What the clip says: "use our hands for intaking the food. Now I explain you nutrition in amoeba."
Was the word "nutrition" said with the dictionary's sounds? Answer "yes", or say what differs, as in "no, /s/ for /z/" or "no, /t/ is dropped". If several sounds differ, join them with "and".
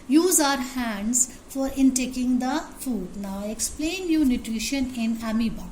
yes